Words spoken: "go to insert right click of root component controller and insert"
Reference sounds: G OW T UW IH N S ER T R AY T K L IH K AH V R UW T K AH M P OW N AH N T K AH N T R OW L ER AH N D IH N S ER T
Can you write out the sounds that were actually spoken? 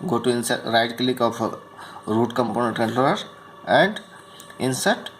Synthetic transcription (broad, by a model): G OW T UW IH N S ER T R AY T K L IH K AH P R UW T K AH M P OW N AH N T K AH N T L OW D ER AH N D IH N S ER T